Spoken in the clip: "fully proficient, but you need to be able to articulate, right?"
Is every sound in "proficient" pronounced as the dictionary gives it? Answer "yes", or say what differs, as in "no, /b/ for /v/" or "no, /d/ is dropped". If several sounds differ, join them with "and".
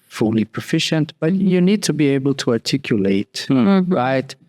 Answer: yes